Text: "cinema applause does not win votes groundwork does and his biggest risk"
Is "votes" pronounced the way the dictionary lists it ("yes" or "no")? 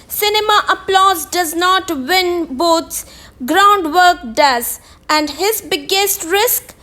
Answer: no